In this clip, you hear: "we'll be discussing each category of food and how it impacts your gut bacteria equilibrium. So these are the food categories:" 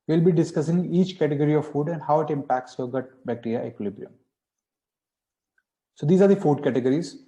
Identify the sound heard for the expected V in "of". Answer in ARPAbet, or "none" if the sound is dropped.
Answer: V